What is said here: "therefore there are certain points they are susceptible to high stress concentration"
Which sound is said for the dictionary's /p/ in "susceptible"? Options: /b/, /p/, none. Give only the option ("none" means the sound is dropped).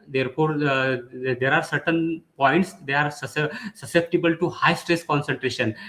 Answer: /p/